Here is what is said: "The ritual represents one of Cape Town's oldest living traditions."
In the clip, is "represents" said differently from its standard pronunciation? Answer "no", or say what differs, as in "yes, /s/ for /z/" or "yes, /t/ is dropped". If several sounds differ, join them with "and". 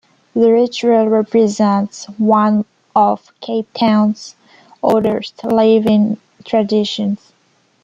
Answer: no